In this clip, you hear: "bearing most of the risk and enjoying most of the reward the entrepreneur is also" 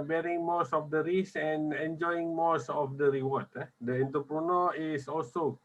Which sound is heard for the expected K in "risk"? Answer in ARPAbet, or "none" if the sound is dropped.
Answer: none